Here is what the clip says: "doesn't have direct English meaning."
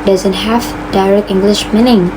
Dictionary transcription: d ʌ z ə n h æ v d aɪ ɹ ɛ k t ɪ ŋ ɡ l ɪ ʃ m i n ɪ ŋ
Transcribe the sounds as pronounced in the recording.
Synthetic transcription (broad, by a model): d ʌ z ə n h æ f d aɪ ɹ ɛ k t ɪ ŋ ɡ l ɪ ʃ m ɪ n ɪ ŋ